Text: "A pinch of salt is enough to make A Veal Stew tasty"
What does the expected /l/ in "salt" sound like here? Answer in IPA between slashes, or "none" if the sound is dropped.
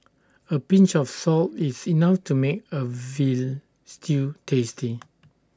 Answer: /l/